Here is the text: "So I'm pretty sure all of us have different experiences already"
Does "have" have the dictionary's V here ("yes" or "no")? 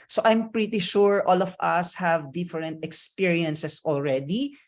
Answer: yes